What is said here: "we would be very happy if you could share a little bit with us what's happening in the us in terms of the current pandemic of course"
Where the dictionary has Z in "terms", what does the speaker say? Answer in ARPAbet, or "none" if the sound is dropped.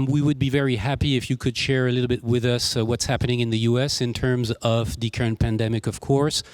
Z